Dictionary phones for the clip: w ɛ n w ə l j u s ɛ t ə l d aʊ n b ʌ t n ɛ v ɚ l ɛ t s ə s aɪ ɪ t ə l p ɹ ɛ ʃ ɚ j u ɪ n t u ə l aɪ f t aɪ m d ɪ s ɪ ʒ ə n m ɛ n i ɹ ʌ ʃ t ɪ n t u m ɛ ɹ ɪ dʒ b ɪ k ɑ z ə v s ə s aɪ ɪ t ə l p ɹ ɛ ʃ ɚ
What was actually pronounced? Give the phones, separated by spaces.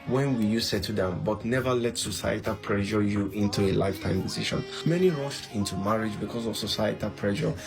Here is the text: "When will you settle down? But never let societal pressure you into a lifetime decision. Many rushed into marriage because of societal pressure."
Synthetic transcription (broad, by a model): w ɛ n w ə j u s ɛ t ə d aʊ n b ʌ t n ɛ v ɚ l ɛ t s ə s aɪ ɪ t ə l p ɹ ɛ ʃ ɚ j u ɪ n t u ə l aɪ f t aɪ m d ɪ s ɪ ʃ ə n m ɛ n i ɹ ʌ ʃ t ɪ n t u m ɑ ɹ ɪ dʒ b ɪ k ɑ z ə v s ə s aɪ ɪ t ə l p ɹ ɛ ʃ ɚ